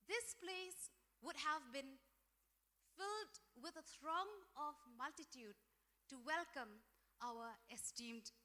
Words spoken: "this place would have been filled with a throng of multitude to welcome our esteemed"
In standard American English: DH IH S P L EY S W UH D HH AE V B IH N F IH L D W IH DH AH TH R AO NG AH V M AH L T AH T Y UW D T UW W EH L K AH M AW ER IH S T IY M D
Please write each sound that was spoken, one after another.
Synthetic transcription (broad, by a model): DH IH S P L EY S W UH D HH AE V B IH N F IH L D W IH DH AH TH R AO NG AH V M AH L T AH T Y UW D T UW W EH L K AH M AW ER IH S T IY M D